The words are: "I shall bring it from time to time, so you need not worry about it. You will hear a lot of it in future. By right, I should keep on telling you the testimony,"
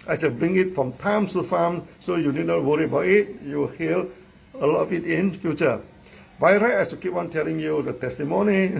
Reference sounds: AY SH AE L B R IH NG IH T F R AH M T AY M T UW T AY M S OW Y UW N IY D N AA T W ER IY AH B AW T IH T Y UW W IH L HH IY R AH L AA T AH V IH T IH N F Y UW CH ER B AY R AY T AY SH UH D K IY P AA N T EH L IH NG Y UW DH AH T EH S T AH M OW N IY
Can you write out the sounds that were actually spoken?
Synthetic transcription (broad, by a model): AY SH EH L B R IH NG IH T F R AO M T AY M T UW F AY M S OW Y UW N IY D N AA T W ER IY AH B AW T IH T Y UW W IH L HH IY L AH L AA T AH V IH T IH N F Y UW CH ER B AY R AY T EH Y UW K IY P AA N T EH L IH NG Y UW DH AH T EH S T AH M OW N IY